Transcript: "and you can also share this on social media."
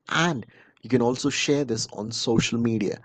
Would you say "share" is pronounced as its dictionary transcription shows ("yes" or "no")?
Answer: yes